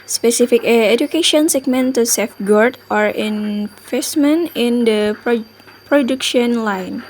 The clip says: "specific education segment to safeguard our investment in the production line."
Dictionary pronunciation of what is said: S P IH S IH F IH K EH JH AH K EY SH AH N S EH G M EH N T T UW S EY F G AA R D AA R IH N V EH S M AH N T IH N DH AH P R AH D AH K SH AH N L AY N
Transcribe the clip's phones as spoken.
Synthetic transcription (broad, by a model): S P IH S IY F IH K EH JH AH K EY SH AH N S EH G M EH N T T UW S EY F G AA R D AA R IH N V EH S M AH N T IH N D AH P R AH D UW K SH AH N L AY N